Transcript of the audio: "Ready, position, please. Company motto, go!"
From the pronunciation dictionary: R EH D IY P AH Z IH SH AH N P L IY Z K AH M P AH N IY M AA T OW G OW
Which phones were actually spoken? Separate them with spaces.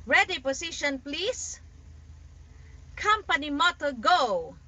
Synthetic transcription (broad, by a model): R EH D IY P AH S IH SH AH N P L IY S K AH M P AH N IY M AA T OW G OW